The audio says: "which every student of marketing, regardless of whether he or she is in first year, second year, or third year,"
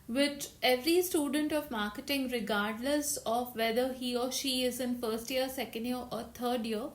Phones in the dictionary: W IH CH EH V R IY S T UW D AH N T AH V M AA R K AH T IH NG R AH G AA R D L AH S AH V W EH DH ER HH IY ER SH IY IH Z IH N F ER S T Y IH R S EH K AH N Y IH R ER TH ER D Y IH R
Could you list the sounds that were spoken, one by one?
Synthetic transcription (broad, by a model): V IH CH EH V R IY S T UW D AH N T AH V M AA R K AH T IH NG R AH G AA R D L AH S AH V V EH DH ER HH IY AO SH IY IH Z IH N F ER S T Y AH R S EH K AH N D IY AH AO T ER D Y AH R